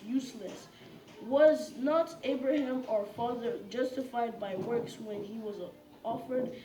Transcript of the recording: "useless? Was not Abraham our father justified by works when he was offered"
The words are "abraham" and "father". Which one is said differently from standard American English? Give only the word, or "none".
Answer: none